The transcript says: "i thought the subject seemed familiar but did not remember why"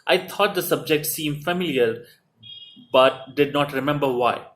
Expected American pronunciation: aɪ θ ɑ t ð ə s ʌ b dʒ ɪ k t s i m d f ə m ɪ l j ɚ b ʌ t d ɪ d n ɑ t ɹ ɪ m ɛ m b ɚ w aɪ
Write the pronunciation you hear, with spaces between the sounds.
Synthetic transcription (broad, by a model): aɪ t ɑ t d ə s ʌ b dʒ ɪ k t s i m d f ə m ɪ l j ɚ b ʌ t d ɪ d n ɑ t ɹ ɪ m ɛ m b ɚ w aɪ